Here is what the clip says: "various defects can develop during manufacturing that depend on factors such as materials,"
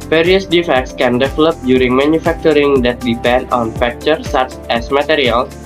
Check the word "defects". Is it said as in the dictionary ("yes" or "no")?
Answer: yes